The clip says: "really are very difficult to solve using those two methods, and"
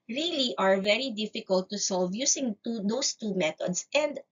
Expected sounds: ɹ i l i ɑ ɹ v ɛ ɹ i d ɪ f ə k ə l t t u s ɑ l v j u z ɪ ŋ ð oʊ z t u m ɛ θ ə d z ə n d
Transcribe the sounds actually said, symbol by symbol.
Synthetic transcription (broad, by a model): ɹ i l i ɑ ɹ v ɛ ɹ i d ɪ f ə k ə l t t u s ɑ l v j u s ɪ ŋ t oʊ s t u m ɛ t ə d s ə n d